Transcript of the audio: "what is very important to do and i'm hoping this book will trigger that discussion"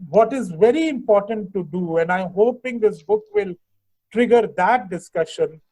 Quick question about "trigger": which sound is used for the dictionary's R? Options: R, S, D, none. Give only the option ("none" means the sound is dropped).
R